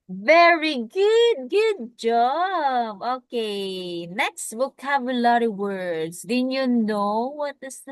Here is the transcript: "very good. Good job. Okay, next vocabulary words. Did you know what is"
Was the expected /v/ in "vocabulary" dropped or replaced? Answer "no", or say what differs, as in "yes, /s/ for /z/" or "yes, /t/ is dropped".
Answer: yes, /w/ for /v/